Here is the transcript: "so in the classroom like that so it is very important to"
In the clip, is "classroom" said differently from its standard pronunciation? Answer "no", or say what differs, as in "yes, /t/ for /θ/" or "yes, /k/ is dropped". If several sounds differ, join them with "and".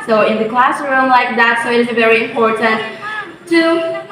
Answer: no